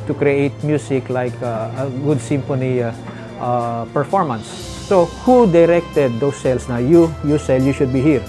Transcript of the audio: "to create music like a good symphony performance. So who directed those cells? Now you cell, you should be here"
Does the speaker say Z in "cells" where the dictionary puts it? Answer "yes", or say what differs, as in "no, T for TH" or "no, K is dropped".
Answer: no, S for Z